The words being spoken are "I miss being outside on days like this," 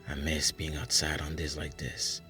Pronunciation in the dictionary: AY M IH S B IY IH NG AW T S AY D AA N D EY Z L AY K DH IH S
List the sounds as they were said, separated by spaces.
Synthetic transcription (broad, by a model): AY M IH S B IY IH NG AW T S AY D N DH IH S L AY K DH IH S